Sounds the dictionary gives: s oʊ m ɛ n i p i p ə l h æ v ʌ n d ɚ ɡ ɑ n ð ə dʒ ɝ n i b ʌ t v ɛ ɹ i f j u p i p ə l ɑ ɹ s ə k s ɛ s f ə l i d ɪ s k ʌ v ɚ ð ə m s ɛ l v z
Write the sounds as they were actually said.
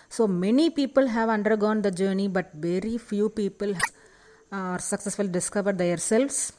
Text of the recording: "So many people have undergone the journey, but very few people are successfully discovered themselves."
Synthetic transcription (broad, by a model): s oʊ m ɛ n i p i p ə l h æ v ʌ n d ɚ ɡ ɑ n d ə dʒ ɝ n i b ʌ t v ɛ ɹ i f j u p i p ə l ɑ ɹ s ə k s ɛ s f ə l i d ɪ s k ʌ v ɚ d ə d s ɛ l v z